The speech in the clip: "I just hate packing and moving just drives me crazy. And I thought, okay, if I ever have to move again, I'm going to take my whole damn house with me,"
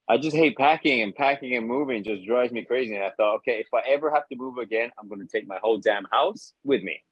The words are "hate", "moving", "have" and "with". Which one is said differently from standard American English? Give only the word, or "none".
have